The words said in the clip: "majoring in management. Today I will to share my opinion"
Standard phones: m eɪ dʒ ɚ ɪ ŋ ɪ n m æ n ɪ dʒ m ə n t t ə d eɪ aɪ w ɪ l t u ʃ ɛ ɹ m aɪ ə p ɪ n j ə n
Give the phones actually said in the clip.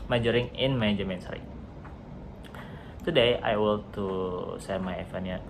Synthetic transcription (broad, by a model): m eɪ dʒ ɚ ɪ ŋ ɪ n m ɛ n dʒ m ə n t t ə d eɪ aɪ w ɪ l t u s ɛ m aɪ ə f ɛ n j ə